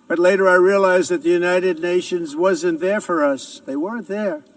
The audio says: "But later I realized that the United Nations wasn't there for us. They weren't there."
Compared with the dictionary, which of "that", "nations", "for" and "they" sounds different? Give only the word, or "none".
none